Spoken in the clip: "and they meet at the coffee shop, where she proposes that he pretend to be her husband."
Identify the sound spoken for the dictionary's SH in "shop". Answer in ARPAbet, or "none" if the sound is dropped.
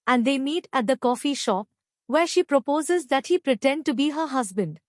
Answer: SH